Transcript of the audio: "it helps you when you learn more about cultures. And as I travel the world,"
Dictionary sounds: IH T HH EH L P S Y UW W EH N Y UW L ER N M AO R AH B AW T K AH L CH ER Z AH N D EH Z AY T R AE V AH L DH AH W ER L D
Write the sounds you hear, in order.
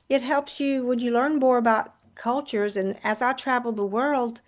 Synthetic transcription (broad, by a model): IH T HH EH L P S Y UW W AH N Y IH L ER N M AO R AH B AW T K AH L CH ER Z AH N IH Z AY T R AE V L DH AH W ER L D